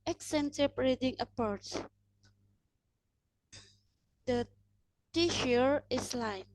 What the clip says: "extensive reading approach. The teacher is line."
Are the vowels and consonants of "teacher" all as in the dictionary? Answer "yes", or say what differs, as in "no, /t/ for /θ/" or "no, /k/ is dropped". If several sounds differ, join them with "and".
no, /ʃ/ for /tʃ/